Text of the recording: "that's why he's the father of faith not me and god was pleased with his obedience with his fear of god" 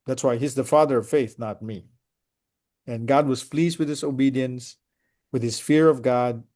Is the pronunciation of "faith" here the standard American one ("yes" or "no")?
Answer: yes